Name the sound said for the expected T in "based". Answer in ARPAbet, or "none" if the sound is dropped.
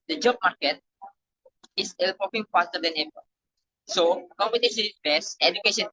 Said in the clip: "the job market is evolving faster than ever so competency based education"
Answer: none